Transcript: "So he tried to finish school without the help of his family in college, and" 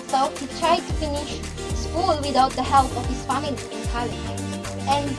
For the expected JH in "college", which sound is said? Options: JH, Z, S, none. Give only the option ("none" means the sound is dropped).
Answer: none